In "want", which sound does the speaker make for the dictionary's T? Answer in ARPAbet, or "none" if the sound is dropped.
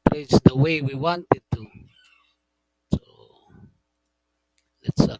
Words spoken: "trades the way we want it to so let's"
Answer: T